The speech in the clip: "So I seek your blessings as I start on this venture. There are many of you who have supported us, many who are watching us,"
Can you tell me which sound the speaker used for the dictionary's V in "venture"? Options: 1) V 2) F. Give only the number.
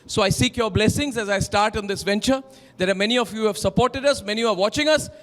1